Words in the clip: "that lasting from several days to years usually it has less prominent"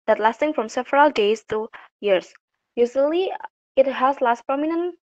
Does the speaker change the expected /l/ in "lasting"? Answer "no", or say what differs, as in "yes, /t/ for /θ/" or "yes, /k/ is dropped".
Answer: no